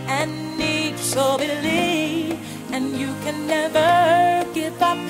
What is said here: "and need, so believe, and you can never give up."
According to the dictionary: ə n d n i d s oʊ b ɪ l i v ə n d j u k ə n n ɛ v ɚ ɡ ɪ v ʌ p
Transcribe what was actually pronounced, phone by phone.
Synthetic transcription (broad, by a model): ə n n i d s oʊ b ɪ l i ə n j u k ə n n ɛ v ɚ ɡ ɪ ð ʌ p